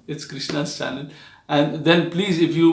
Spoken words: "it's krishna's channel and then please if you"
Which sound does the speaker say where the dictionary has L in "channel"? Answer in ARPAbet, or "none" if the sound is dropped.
N